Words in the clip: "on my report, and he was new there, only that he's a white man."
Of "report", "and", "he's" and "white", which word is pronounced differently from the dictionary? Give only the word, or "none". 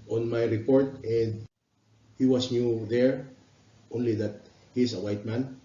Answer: he's